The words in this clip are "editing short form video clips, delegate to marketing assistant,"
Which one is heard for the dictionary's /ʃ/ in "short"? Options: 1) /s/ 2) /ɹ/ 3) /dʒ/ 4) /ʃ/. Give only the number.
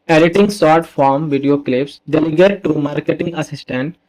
1